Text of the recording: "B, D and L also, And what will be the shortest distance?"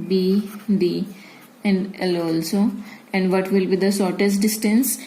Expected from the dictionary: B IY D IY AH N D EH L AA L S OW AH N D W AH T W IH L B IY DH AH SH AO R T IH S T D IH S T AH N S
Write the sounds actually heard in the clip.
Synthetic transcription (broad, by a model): B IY D IY AH N D EH L AA L S OW AH N D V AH T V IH L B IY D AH S AO R T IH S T D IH S T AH N S